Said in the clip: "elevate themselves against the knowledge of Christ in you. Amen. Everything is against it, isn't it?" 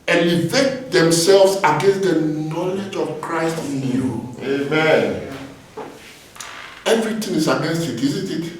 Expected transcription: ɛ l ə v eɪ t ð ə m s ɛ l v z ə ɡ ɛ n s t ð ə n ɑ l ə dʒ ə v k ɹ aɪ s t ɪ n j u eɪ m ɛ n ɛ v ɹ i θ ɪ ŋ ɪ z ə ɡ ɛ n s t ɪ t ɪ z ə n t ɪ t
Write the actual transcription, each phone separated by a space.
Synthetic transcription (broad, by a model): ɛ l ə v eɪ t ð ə m s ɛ l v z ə ɡ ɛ n s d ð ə n ɑ l ə dʒ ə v k ɹ aɪ s t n j u eɪ m ɛ n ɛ v ɹ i t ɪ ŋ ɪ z ə ɡ ɛ n s t ɪ t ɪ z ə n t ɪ t